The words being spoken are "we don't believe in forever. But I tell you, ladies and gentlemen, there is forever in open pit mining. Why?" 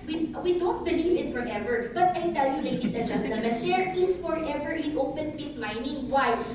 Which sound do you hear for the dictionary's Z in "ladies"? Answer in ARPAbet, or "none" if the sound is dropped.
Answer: S